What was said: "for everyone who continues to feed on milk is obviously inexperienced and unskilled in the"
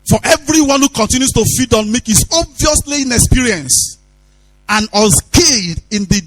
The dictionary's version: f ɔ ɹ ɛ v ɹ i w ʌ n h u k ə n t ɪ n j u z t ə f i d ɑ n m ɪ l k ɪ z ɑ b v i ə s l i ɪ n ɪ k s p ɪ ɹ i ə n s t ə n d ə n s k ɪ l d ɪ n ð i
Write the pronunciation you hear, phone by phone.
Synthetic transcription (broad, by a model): f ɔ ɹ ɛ v ɹ i w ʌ n h u k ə n t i n j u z t ə f i d ɑ n m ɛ k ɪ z ɑ b v i ə s l i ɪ n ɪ k s p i ɹ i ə n s ə n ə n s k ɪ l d ɪ n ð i